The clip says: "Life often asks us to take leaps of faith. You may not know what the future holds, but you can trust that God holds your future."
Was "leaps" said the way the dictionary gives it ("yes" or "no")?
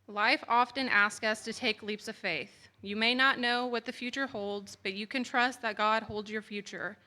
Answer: yes